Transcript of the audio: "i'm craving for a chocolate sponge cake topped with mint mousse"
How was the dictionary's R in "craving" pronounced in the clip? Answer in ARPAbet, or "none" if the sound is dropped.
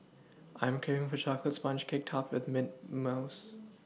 none